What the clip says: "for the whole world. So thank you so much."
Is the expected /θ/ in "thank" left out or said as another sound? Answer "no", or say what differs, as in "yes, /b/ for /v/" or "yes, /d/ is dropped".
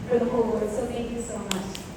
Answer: yes, /t/ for /θ/